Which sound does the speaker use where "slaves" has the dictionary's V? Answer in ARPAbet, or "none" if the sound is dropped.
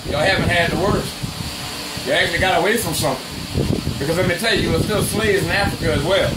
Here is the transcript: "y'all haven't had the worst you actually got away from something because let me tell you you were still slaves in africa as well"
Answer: none